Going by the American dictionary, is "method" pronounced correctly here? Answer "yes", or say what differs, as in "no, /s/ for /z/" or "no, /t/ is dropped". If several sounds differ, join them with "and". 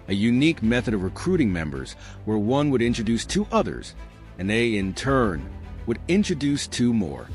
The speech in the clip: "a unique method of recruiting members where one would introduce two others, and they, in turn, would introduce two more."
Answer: yes